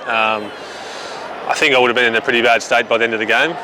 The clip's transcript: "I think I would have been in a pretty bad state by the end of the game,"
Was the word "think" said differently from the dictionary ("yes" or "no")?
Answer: no